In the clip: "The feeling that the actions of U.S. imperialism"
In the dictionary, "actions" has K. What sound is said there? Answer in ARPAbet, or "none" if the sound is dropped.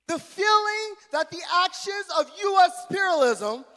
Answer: K